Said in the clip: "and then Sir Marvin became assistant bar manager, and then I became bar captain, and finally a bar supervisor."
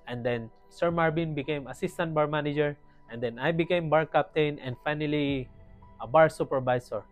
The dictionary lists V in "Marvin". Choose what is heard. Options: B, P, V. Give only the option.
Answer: B